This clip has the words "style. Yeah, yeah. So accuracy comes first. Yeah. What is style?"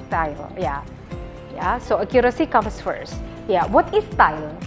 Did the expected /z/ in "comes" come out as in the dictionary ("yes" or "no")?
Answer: no